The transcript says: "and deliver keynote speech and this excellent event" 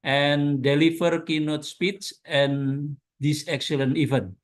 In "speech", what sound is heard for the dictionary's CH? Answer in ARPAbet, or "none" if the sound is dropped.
S